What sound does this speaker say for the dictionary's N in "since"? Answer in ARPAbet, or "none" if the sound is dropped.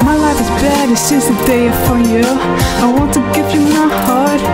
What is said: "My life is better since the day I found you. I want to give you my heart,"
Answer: none